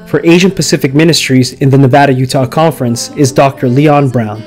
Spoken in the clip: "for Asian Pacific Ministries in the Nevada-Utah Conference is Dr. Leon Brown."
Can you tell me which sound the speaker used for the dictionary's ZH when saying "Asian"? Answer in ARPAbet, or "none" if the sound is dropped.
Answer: ZH